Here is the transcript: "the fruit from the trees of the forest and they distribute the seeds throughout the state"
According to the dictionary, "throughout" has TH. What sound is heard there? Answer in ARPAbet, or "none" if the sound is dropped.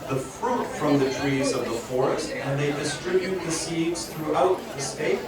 TH